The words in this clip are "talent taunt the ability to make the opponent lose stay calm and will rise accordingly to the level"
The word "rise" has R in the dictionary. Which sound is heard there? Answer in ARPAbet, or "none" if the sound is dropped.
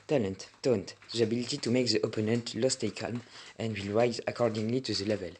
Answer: R